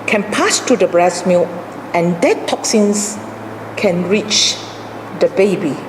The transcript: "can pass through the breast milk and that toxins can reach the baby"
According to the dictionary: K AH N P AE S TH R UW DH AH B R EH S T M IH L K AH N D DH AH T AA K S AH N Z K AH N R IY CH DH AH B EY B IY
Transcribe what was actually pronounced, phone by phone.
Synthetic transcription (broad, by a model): K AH N P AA S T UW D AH B R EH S M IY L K AH N D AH T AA K S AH N S K AH N R IY CH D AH B EY B IY